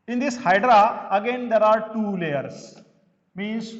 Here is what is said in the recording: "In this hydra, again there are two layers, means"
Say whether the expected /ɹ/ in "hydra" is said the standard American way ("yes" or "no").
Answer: yes